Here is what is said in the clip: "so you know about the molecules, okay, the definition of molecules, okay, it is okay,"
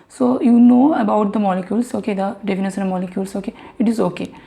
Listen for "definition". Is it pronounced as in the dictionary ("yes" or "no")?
no